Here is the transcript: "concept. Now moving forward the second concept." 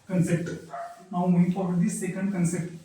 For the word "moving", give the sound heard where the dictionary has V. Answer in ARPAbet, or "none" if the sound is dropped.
none